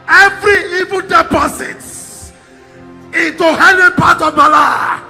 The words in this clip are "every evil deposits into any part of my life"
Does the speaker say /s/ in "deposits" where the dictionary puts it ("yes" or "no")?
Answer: no